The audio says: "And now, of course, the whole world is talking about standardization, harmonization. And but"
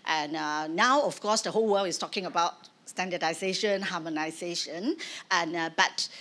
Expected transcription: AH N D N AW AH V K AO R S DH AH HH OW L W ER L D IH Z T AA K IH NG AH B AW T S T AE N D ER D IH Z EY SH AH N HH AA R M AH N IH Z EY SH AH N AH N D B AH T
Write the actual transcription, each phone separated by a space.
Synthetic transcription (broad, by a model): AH N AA AW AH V K AO S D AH HH OW L W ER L IH S T AA K IH NG AH B AW T S T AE N D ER D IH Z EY SH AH N HH AA M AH N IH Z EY SH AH N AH N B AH T